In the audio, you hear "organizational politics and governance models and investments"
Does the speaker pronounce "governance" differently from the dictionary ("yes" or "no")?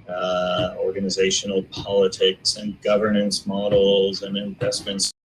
no